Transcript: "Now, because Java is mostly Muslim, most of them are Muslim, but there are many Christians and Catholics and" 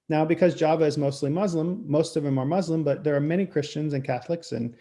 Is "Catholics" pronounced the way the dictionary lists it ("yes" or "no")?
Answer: yes